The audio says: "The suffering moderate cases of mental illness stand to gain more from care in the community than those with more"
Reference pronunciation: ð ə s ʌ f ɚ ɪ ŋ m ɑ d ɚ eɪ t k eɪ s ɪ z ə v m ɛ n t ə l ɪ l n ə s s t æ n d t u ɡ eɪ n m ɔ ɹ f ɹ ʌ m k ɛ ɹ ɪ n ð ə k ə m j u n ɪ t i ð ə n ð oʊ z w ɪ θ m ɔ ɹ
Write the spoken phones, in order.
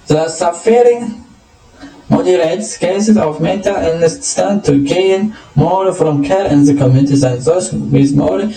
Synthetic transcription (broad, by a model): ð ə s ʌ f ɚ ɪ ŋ m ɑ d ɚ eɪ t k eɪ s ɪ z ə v m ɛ t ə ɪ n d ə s s t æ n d t u ɡ eɪ n m ɔ ɹ f ɹ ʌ m k ɛ ɹ ɪ n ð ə k ə m j u n ɪ t i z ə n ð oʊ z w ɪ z m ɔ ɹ